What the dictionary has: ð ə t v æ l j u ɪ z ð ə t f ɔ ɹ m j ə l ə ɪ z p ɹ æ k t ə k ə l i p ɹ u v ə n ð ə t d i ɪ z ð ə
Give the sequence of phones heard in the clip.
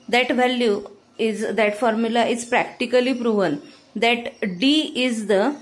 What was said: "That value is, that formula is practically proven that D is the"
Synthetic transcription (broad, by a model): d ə t v æ l j u ɪ z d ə t f ɔ ɹ m j ə l ə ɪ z p ɹ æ k t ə k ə l i p ɹ u v ə n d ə t d i ɪ z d ə